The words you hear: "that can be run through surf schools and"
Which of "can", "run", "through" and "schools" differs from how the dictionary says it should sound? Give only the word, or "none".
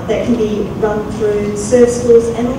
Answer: none